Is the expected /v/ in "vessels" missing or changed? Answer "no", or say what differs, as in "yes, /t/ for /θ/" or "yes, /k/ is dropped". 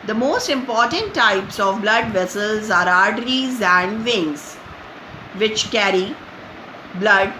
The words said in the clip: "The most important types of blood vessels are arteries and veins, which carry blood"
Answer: no